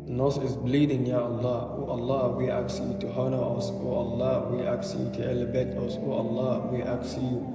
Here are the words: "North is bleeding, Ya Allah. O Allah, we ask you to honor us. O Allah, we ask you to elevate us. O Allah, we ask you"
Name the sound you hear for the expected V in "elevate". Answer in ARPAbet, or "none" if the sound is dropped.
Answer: B